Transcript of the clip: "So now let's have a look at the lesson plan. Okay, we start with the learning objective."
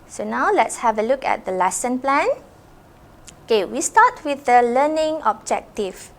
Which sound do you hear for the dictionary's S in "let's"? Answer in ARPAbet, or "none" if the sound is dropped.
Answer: S